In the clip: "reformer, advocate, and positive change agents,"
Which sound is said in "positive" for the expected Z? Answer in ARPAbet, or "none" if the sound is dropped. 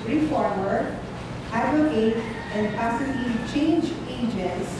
S